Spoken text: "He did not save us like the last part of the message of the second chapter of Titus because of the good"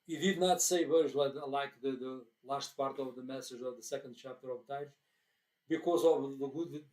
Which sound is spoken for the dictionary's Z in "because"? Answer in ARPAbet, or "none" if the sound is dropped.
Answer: Z